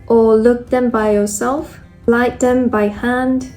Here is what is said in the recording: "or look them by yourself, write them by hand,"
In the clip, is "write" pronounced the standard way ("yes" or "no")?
no